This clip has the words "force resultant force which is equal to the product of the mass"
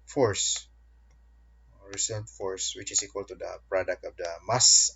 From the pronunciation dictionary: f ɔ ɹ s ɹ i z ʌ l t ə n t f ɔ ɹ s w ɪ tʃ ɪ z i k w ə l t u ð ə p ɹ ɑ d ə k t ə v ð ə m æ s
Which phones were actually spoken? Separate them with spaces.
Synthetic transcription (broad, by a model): f ɔ ɹ s ɹ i s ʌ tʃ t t f ɔ ɹ s w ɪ tʃ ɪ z i k w ə l t u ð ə p ɹ ɑ d ə k t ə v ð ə m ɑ s